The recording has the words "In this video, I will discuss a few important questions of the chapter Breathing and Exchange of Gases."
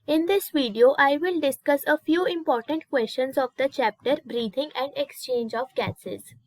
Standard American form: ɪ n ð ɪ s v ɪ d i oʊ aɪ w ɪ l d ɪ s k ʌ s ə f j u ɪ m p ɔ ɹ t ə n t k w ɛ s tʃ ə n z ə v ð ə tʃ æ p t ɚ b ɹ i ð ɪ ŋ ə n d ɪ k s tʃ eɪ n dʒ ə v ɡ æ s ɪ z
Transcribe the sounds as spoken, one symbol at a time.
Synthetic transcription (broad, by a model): ɪ n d ɪ s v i d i oʊ aɪ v ɪ l d ɪ s k ʌ s ə f j u ɪ m p ɔ ɹ t ə n t k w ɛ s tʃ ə n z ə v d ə tʃ æ p t ɚ b ɹ i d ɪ ŋ ə n d ɪ k s tʃ eɪ n dʒ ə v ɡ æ s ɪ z